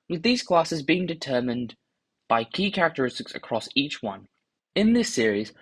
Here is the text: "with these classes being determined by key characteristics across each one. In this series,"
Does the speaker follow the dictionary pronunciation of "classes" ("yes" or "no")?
yes